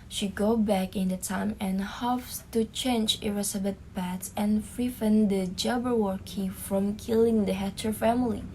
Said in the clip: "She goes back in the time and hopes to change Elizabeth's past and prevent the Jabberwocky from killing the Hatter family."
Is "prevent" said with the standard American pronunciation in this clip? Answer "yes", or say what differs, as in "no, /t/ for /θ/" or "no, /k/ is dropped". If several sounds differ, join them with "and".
no, /f/ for /v/